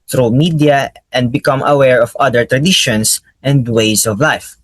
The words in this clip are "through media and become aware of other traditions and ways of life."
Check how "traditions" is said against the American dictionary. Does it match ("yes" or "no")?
no